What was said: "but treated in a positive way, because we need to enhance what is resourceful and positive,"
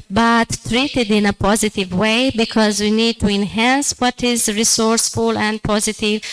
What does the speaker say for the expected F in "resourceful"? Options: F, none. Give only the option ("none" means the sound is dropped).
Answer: F